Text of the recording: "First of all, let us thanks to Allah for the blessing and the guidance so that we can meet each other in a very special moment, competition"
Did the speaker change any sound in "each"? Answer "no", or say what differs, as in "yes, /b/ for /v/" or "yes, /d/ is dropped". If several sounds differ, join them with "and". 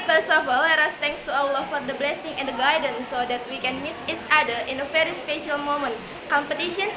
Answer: yes, /s/ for /tʃ/